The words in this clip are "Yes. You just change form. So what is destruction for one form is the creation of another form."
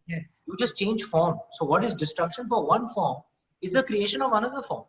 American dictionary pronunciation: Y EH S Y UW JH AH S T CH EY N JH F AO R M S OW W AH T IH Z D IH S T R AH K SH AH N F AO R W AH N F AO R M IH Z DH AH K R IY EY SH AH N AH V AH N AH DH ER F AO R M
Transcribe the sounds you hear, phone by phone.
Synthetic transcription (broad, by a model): Y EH S Y UW JH AH S T CH EY N JH F AO R M S OW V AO T IH Z D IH S T R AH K SH AH N F AO R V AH N F AO R M IH Z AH K R IY EY SH AH N AH V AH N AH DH ER F AO R M